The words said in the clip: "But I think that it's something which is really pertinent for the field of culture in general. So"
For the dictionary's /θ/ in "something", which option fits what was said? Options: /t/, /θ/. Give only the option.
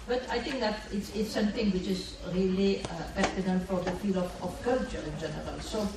/t/